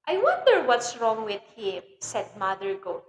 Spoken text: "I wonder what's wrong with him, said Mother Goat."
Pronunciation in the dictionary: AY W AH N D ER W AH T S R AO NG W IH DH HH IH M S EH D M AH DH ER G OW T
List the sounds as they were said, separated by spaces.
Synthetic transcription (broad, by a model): AY W AH N D ER W AH T S R AO NG W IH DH HH IH M S EH D M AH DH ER G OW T